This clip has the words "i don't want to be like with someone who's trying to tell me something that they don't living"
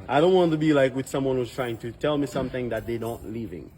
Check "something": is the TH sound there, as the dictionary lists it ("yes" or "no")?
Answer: yes